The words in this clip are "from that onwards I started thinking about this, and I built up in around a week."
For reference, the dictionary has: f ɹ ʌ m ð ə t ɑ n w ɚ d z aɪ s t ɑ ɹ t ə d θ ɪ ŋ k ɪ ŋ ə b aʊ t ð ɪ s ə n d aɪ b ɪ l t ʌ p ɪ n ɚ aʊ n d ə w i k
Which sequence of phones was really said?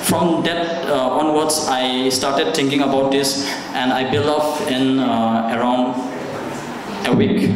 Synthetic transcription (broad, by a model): f ɹ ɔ m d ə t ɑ n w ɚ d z aɪ s t ɑ ɹ t ə d t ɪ ŋ k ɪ ŋ ə b aʊ t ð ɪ s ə n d aɪ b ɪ l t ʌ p ɪ n ɚ aʊ n d ə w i k